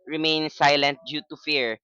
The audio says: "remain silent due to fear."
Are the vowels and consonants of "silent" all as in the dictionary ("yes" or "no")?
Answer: yes